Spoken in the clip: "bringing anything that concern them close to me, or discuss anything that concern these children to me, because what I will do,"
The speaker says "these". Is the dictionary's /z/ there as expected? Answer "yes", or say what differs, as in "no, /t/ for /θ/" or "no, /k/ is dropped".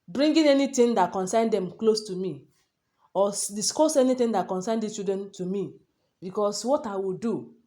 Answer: no, /z/ is dropped